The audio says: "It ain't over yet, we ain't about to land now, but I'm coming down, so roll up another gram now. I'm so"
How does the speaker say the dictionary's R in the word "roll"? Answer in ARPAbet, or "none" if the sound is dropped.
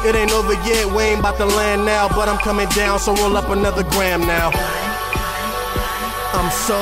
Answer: W